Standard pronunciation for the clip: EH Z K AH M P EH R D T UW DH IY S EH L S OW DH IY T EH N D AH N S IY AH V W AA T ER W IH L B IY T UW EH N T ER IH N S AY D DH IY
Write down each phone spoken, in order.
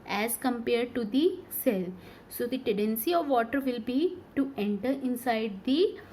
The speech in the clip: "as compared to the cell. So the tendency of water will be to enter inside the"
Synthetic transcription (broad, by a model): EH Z K AH M P EH R D T UW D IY S EH L S OW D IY T EH N D AH N S IY AH V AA T ER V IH L B IY T UW EH N T ER IH N S AY D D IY